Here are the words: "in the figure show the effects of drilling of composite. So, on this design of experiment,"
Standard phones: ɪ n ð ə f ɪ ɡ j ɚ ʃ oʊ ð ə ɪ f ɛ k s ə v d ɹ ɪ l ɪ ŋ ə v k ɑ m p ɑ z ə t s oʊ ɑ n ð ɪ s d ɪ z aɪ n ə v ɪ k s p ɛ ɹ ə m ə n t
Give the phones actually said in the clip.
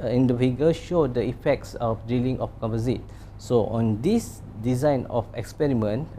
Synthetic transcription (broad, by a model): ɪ n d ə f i ɡ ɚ ʃ oʊ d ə ɪ f ɛ k s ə f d i l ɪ ŋ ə f k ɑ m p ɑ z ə t s oʊ ɑ n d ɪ s d ɪ z aɪ n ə f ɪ k s p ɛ ɹ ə m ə n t